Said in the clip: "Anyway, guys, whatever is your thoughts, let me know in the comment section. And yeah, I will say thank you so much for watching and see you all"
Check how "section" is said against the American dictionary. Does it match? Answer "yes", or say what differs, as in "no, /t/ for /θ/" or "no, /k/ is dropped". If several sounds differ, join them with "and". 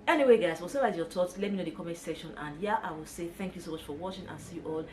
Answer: no, /k/ is dropped